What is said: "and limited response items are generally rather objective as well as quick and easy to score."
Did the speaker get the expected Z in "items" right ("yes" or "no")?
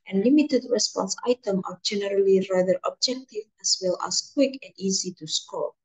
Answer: no